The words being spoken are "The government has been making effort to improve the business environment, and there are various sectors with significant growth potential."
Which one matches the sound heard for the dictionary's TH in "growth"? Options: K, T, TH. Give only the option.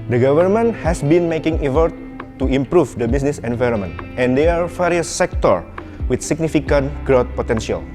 T